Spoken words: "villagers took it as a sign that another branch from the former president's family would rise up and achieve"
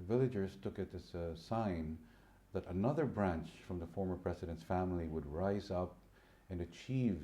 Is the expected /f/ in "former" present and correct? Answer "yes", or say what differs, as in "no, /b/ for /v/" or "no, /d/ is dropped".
yes